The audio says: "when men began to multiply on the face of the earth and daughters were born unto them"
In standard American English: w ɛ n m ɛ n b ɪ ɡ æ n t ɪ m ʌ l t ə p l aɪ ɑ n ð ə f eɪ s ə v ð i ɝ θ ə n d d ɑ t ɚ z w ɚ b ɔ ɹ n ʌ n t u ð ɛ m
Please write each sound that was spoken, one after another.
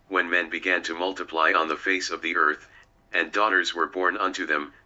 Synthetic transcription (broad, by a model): w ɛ n m ɛ n b ɪ ɡ æ n t ɪ m ʌ l t ə p l aɪ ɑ n ð ə f eɪ s ə v ð i ɝ θ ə n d d ɑ t ɚ z w ɚ b ɔ ɹ n ʌ n t u ð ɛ m